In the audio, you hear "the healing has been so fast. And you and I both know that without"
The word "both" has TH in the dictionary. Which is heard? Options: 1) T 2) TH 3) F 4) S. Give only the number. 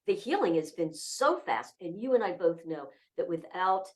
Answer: 2